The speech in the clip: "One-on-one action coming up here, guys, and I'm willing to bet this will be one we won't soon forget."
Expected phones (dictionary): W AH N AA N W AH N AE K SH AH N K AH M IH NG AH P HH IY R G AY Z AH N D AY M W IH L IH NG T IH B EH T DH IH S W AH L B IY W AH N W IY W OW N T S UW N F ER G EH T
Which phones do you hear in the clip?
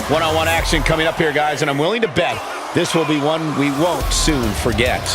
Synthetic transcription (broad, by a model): W AH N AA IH W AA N AE K SH AH N K AH M IH NG AH P HH IY R G AY Z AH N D AY M W IH L IH NG T IH B EH T DH IH S W AH L B IY W AH N W IY W OW N T S UW N F ER G EH T